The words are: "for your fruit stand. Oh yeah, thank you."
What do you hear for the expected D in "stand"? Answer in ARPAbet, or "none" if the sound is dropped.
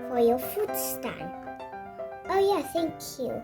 none